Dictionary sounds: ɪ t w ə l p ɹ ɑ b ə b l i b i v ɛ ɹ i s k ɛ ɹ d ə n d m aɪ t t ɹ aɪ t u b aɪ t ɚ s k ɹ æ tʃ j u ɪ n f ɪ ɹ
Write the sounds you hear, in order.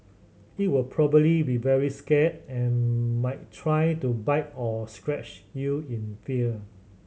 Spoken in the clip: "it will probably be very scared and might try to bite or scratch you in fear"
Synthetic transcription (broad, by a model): ɪ t w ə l p ɹ ɑ b ə b l i b i v ɛ ɹ i s k ɛ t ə n m aɪ t t ɹ aɪ t u b aɪ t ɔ s k ɹ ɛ tʃ j u ɪ n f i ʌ